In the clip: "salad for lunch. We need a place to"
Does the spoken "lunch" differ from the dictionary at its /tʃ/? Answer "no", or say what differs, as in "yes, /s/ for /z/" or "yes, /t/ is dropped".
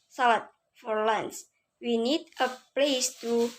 yes, /s/ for /tʃ/